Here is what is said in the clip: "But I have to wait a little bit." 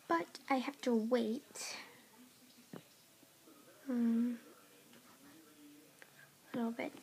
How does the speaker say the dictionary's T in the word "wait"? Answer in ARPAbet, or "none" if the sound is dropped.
T